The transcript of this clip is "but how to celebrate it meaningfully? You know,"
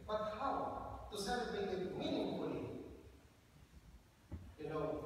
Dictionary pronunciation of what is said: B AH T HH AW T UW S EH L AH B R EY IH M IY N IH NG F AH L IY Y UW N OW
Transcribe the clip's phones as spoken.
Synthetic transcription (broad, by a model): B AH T HH AW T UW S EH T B EY IH M IY N IH NG F AH L IY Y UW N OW